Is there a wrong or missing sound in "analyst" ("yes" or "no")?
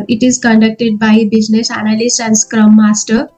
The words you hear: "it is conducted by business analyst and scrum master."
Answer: yes